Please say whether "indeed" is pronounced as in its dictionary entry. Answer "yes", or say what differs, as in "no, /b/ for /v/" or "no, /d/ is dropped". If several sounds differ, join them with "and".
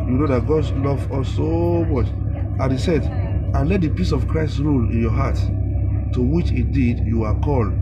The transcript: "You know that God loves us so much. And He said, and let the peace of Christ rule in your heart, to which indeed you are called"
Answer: no, /n/ is dropped